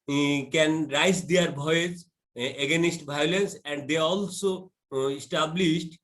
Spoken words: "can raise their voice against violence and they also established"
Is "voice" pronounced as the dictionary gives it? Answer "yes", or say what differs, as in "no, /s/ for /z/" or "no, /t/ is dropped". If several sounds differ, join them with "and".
no, /b/ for /v/